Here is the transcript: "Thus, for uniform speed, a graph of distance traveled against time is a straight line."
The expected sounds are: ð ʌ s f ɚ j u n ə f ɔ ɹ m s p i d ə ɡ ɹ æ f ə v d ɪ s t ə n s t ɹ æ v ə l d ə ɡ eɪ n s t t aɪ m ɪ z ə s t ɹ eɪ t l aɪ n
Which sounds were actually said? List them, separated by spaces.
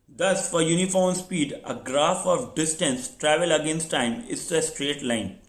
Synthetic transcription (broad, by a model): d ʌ s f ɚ j u n ə f ɔ ɹ m s p i d ə ɡ ɹ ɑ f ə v d ɪ s t ə n s t ɹ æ v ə l ə ɡ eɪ n s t t aɪ m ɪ s ə s t ɹ eɪ t l aɪ n